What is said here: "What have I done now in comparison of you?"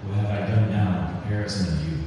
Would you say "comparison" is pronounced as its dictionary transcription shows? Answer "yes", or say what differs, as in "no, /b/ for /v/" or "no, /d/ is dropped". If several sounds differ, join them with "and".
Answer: no, /m/ is dropped